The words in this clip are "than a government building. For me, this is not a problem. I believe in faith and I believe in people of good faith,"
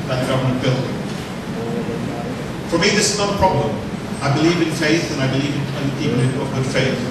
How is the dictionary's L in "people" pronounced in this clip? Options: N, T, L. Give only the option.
N